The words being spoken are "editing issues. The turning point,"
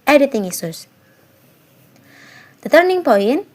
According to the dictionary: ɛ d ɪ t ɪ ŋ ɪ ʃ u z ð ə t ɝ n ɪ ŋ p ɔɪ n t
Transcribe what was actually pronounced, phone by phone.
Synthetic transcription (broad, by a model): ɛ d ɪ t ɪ ŋ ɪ s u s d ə t ɝ n ɪ ŋ p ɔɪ n